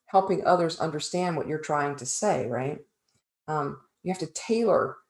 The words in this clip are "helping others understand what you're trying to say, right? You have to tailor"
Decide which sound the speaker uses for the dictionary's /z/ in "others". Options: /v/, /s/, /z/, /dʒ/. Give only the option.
/z/